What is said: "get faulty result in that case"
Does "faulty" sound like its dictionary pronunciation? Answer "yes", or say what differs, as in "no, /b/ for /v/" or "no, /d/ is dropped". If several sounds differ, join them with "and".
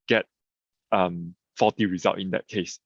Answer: no, /l/ is dropped